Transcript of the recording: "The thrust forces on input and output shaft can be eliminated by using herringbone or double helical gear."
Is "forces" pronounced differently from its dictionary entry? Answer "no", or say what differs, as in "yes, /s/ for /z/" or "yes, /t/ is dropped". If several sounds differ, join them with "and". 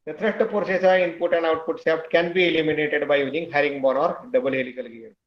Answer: yes, /p/ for /f/ and /s/ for /z/